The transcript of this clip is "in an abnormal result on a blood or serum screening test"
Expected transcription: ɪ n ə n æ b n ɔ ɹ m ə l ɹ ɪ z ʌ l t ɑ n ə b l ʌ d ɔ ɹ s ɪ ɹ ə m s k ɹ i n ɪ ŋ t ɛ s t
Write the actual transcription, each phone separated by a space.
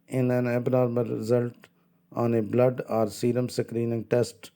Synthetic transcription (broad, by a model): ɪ n ə n æ b n ɔ ɹ m ə l ɹ ɪ z ʌ l t ɑ n ə b l ʌ d ɔ ɹ s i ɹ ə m s k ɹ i n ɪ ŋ t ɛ s t